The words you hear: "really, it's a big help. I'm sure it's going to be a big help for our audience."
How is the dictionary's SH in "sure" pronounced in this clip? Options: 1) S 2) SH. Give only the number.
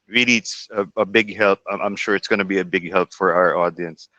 2